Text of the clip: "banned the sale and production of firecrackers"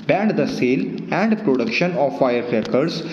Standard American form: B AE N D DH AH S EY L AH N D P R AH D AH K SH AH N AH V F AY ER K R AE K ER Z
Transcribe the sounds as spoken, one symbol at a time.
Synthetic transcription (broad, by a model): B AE N D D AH S EY L AH N D P R AH D AH K SH AH N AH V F AY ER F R K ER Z